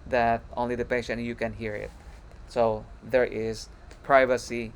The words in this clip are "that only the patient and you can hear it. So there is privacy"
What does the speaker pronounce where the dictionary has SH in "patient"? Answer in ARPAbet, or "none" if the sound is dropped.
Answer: none